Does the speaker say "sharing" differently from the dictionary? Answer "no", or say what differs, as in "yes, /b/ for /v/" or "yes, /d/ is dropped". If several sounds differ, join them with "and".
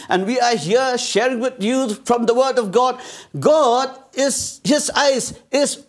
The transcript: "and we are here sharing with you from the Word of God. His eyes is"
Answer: no